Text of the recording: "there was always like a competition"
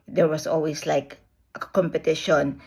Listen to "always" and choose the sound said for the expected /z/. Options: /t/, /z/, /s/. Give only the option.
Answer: /s/